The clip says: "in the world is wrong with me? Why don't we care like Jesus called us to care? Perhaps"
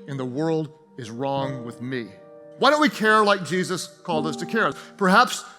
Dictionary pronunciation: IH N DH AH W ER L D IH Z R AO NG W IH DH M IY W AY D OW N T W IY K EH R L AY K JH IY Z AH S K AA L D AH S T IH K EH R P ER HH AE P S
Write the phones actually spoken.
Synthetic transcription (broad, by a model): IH N DH AH W ER L D IH Z R AO NG W IH DH M IY W AY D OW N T W IY K EH R L AY K JH IY Z AH S K AA L D AH S T IH K EH R P ER HH AE P S